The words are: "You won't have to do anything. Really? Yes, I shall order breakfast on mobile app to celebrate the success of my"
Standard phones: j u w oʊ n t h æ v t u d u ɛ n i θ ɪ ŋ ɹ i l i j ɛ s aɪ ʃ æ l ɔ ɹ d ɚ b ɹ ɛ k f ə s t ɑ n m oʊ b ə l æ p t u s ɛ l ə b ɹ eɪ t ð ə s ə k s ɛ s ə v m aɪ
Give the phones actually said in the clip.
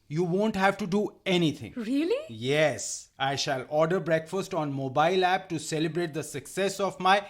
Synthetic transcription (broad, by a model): j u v oʊ n t h æ v t u d u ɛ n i t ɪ ŋ ɹ i l i j ɛ s aɪ ʃ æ l ɔ ɹ d ɚ b ɹ ɛ k f ə s t ɑ n m oʊ b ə l æ p t u s ɛ l ə b ɹ eɪ t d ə s ə k s ɛ s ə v m aɪ